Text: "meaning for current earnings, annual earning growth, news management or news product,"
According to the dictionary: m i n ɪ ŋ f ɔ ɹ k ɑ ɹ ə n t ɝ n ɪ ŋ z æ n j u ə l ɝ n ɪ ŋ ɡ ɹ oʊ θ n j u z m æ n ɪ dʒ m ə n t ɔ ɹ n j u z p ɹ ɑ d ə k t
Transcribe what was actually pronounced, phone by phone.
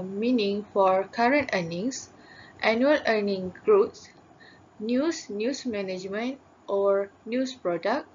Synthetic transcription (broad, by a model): m i n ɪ ŋ f ɔ ɹ k ɑ ɹ ə n t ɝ n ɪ ŋ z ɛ n j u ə l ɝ n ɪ ŋ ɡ ɹ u s n j u s m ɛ n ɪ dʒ m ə n t ɔ ɹ n j u s p ɹ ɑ d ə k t